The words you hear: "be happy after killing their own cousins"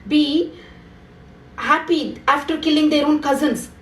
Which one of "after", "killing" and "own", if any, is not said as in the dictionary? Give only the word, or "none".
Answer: none